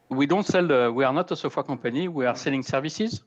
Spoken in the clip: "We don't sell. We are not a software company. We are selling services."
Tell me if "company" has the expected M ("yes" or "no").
no